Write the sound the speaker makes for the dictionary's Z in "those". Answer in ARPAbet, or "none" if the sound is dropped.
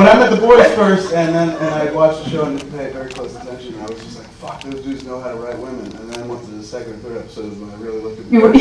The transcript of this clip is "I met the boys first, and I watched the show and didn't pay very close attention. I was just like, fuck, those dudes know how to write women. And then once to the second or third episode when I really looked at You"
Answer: Z